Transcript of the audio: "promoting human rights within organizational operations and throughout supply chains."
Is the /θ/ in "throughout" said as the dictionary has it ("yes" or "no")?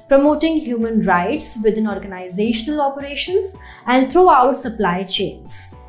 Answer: no